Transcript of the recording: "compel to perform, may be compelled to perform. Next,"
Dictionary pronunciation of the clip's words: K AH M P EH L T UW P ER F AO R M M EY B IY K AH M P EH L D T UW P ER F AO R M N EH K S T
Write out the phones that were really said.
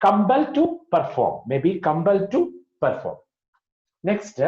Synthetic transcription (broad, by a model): K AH M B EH L T UW P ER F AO R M M EY B IY K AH M B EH L T UW P ER F AO R M N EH K S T